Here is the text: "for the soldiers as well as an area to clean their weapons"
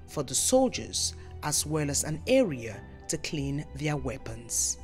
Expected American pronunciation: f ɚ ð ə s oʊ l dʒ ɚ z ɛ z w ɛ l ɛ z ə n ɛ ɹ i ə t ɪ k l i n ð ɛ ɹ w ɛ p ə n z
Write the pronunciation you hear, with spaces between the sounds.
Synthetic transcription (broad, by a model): f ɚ ð ə s oʊ l dʒ ɚ z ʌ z w ɛ l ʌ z ə n ɛ ɹ i ə t ɪ k l i n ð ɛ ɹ w ɛ p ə n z